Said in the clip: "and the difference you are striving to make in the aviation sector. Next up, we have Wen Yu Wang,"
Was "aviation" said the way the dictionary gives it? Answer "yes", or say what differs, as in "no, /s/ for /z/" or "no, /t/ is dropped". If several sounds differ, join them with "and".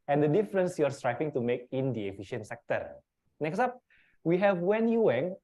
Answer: no, /f/ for /v/